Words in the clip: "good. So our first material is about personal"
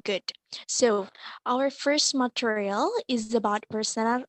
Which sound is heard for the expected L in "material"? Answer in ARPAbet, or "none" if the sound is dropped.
L